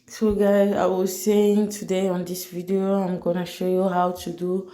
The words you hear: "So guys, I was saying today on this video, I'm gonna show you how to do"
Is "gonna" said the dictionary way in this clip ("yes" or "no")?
yes